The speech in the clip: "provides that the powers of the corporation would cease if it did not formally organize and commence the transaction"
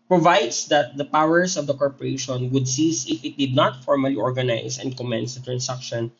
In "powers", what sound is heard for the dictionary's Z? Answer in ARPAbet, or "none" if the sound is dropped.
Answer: S